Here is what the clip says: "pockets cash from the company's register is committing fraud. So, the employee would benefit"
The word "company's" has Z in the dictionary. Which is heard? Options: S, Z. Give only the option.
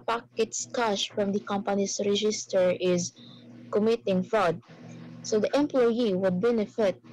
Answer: S